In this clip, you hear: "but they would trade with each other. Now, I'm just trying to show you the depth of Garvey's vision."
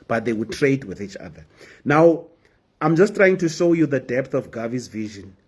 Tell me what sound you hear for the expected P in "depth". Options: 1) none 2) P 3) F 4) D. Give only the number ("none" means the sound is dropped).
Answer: 2